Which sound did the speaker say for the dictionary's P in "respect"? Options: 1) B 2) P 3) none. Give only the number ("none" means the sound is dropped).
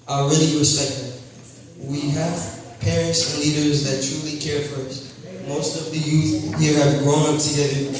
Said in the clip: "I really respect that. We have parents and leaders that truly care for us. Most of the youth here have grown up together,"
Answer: 3